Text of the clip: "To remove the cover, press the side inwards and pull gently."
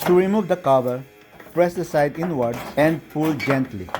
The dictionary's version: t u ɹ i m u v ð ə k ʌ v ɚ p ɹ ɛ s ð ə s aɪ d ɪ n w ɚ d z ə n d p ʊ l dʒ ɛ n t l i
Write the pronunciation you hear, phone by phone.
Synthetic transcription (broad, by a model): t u ɹ i m u v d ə k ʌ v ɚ p ɹ ɛ s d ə s aɪ d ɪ n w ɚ d ə n d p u l dʒ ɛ n t l i